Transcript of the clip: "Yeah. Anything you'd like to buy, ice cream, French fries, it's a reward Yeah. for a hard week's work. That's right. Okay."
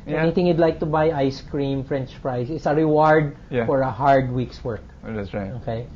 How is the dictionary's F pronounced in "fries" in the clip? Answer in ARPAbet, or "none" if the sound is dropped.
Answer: P